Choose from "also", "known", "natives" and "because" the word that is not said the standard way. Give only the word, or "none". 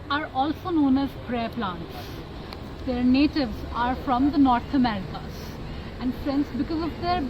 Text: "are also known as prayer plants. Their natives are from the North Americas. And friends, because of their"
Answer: none